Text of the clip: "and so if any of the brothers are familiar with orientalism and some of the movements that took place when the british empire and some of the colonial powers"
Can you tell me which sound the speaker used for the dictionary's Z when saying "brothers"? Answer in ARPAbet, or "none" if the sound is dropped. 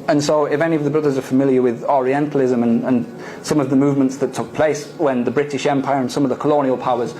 Z